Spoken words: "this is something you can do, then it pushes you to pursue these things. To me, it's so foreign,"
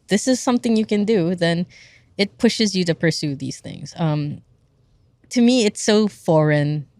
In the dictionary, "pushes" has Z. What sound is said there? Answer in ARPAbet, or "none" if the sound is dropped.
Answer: Z